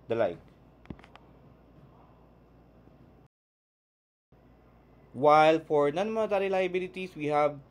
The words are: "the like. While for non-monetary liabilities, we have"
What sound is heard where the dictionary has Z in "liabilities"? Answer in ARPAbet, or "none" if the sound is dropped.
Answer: S